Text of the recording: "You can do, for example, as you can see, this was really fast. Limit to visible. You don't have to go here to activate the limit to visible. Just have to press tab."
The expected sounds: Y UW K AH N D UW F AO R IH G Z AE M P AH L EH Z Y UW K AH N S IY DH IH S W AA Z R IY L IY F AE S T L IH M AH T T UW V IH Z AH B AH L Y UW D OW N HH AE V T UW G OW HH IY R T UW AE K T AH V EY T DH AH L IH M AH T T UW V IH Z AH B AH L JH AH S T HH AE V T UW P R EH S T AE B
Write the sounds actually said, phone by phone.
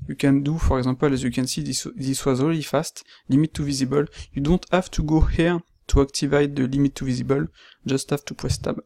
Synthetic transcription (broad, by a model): Y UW K AH N D UW F AO R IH G Z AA P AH L EH Z Y UW K AH N S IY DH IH S W AA Z R IY L IY F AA S T L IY M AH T T UW V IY Z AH B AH L Y UW D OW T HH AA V T UW G OW HH IY R T UW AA K T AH V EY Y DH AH L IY M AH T T UW V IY Z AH B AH L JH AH S T HH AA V T UW P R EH S T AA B